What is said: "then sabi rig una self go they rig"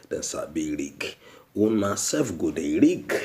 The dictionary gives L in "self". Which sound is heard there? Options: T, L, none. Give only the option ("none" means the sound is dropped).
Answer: none